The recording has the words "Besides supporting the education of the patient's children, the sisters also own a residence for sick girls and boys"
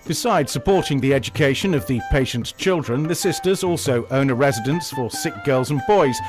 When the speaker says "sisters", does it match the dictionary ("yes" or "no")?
yes